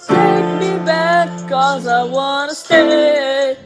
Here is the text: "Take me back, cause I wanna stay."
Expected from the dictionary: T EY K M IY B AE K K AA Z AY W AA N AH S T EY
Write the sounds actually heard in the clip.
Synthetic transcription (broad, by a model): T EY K M IY B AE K K AA Z AY W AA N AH S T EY